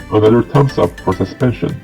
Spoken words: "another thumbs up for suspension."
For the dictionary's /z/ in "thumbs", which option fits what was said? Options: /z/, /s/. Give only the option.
/s/